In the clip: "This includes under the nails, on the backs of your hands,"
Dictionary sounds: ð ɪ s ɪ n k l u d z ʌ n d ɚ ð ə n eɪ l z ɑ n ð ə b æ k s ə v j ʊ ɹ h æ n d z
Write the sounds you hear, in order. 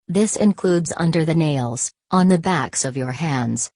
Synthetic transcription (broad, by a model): ð ɪ s ɪ n k l u d z ʌ n d ɚ ð ə n eɪ l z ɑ n ð ə b æ k s ə v j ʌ ɹ h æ n d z